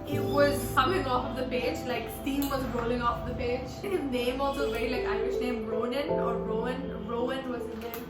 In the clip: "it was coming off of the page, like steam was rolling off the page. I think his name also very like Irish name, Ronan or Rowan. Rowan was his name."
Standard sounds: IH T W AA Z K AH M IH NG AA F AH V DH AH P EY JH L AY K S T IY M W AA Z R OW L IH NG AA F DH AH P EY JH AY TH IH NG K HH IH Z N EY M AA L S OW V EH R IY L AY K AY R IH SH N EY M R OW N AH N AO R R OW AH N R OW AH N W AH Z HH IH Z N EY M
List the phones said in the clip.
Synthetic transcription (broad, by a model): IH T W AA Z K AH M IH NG AA F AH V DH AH P EY JH L AY K S T IY M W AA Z R OW L IH NG AA F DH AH P EY JH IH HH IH Z N EY M AA L S OW V EH R IY L AY K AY IH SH N EY M R OW N AH N AO R R OW AH N R OW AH N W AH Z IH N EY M